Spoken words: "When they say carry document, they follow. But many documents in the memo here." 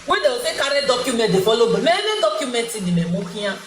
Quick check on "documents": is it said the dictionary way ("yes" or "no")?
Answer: no